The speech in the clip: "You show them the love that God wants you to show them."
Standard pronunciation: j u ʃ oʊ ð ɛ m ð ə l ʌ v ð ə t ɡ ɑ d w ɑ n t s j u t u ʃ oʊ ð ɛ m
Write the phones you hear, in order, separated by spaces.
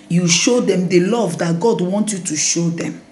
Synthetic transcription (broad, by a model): j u ʃ oʊ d ɛ m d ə l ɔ v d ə t ɡ ɑ d w ɑ n t j u t u ʃ oʊ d ɛ m